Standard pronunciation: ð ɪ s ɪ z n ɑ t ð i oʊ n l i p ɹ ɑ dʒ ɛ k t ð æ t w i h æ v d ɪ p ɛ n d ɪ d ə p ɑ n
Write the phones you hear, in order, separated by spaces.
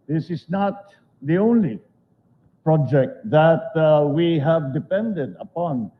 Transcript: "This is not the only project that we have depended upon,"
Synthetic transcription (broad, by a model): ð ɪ s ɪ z n ɑ t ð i oʊ n l i p ɹ ɑ dʒ ɛ k t ð æ t w i h æ v d ɪ p ɛ n d ɪ d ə p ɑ n